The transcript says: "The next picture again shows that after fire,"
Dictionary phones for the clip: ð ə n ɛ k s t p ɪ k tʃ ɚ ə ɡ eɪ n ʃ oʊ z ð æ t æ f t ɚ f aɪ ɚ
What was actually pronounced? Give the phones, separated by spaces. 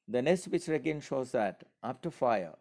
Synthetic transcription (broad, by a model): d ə n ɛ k s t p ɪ tʃ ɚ ə ɡ eɪ n ʃ oʊ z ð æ t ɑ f t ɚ f aɪ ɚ